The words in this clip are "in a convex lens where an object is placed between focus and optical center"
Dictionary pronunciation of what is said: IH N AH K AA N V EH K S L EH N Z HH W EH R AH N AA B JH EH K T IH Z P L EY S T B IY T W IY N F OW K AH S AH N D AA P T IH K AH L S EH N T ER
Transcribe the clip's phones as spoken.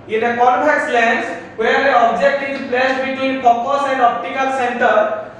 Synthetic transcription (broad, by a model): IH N AH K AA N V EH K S L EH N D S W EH R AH AA B JH EH K T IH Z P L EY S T B IY T W IY N P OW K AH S AH N D AA P T IH K AH L S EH N T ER